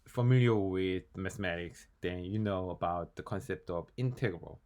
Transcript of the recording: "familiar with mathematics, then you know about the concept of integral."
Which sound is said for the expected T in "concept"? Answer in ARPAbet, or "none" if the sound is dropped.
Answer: T